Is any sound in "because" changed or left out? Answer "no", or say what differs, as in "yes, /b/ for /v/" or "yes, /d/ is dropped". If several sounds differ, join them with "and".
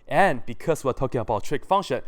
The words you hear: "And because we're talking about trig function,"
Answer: yes, /s/ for /z/